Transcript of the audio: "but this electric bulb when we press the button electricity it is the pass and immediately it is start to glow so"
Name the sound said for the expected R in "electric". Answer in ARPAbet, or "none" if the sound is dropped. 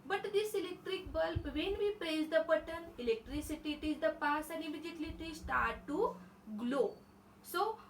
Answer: R